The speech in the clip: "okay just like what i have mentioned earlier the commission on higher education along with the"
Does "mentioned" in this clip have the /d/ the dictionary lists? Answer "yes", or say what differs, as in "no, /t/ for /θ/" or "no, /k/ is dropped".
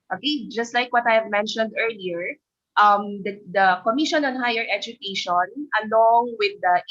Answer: yes